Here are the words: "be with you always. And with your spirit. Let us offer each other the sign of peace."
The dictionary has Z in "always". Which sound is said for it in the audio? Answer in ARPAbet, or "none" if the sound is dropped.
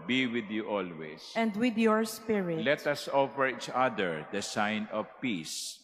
S